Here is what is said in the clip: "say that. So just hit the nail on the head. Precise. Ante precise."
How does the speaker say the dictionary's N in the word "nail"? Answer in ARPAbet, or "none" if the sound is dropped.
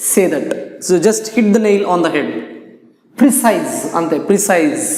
N